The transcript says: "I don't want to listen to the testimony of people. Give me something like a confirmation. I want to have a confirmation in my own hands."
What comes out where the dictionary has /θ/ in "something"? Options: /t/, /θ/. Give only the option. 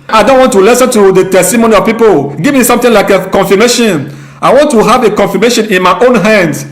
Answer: /t/